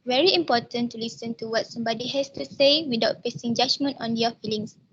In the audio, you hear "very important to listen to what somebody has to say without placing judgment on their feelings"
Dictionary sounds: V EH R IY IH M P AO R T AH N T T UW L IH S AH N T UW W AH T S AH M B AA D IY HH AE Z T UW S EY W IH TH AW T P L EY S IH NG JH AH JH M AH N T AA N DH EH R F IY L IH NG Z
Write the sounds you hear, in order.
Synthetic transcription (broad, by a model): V EH R IY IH M P AO T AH N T T UW L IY S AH N T UW W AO T S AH M B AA D IY HH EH S T UW S EY W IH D AW T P EY S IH NG JH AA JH M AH N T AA N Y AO F IY L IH NG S